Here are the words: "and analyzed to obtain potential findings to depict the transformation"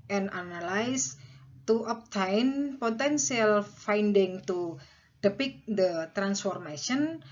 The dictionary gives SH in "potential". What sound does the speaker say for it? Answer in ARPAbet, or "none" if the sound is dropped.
S